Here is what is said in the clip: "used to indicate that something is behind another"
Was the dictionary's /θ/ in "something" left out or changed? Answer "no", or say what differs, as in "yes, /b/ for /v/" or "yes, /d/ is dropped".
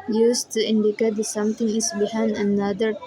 yes, /t/ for /θ/